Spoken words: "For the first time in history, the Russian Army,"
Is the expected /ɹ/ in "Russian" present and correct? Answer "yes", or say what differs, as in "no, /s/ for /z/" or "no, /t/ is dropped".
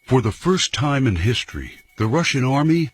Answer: yes